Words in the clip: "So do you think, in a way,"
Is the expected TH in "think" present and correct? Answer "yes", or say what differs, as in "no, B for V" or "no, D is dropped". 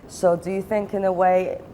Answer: yes